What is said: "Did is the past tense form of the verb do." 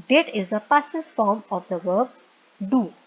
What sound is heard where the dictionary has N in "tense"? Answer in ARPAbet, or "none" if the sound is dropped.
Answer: none